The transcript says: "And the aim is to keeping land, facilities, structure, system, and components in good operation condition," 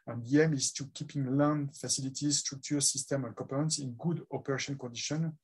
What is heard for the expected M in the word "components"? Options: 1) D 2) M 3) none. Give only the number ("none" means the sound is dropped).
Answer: 3